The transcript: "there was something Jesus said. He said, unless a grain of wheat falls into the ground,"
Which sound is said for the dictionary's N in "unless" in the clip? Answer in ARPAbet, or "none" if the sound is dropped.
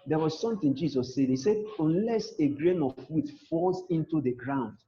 N